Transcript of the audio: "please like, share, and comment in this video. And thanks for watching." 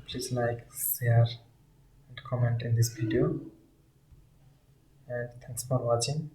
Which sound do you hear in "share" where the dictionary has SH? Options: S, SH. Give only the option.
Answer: S